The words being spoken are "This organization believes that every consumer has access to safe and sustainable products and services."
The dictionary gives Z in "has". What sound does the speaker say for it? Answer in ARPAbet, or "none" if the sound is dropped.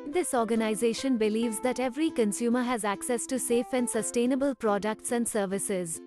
Z